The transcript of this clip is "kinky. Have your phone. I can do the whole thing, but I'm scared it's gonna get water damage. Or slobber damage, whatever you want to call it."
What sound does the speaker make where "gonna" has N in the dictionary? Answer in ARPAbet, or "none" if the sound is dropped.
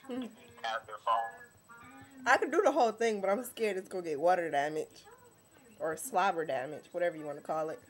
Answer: none